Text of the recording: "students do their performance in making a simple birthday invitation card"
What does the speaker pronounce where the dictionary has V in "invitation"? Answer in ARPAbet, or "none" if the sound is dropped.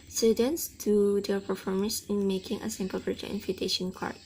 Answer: F